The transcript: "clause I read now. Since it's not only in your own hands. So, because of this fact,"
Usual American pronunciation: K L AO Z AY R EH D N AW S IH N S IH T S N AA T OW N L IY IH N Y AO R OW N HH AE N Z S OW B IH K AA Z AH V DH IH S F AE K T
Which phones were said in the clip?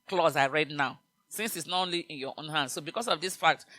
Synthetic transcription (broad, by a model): K L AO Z AY R EH D N AW S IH N S IH T S N AA T OW N L IY IH N Y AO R OW N HH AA N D S OW B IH K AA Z AH V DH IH S F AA K T